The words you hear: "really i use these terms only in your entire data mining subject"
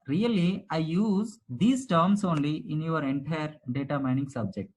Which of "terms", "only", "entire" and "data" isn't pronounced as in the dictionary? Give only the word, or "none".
terms